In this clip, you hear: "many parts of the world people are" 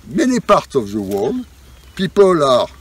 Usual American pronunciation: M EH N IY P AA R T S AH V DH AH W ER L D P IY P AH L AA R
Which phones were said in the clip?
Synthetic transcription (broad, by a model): M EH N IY P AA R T AH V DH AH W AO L P IY P AH L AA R